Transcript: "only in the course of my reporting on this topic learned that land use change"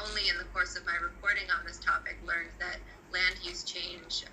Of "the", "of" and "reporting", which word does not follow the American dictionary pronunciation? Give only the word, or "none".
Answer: none